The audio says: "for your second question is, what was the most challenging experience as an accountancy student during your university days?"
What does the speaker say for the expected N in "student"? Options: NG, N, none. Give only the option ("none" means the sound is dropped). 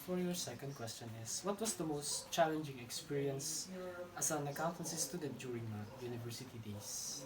none